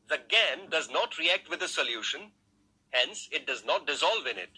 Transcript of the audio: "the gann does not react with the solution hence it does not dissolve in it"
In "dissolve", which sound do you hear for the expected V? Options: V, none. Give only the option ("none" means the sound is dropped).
V